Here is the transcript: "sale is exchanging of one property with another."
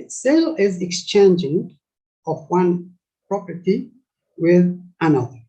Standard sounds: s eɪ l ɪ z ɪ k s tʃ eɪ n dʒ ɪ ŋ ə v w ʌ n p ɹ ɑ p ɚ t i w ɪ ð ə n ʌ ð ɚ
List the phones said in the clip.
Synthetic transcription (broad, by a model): s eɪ l ɪ z ɪ k s tʃ eɪ n dʒ ɪ ŋ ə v w ʌ n p ɹ ɑ p ɚ t i w ɪ ð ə n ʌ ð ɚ